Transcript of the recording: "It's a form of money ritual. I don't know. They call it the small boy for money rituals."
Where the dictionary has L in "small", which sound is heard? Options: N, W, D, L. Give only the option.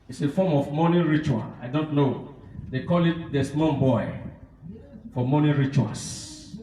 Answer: N